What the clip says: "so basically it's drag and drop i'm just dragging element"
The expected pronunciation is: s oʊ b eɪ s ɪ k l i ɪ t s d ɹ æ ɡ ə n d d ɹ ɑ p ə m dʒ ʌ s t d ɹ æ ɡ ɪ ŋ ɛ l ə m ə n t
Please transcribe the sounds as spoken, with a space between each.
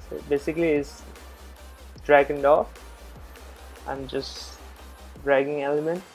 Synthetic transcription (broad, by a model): s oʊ b eɪ s ɪ k l i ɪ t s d ɹ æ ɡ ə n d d ɑ f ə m dʒ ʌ s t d ɹ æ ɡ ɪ ŋ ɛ l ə m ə n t